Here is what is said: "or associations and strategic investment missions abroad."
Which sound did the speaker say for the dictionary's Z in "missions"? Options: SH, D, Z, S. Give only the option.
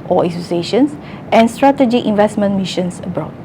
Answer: S